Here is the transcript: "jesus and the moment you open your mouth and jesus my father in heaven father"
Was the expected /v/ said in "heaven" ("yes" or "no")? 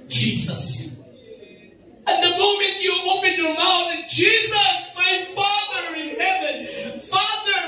yes